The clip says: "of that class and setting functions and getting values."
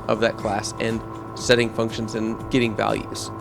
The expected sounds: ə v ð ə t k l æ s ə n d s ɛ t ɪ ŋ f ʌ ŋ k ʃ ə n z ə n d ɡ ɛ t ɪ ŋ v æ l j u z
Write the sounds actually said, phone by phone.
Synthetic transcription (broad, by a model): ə v ð ə t k l æ s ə n s ɛ t ɪ ŋ f ʌ ŋ k ʃ ə n z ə n ɡ ɛ t ɪ ŋ v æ l j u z